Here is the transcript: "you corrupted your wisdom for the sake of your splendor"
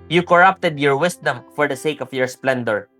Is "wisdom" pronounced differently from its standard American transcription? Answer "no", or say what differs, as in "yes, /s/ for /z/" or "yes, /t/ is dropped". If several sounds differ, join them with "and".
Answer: yes, /s/ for /z/